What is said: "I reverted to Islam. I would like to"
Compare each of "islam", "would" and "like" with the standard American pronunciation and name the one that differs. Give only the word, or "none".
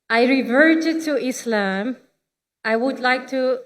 none